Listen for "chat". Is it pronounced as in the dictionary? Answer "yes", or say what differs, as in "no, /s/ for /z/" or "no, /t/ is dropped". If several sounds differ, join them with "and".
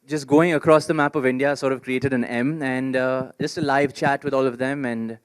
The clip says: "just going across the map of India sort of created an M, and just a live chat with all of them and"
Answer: yes